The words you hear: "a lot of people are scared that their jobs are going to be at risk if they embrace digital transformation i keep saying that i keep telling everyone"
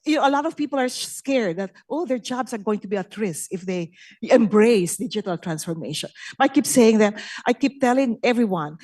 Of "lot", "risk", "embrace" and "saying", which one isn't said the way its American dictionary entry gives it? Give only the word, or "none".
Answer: risk